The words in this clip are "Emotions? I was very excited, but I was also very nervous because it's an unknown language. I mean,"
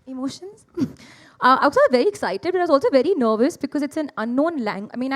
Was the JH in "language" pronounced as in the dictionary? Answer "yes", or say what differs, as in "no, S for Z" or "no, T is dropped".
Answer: no, JH is dropped